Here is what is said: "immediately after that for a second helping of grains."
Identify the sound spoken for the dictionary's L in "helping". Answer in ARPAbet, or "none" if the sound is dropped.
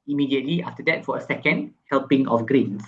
L